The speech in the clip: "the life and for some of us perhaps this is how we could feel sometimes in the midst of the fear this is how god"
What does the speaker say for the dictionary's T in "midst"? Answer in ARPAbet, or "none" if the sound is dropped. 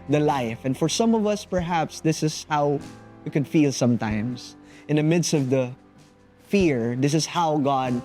T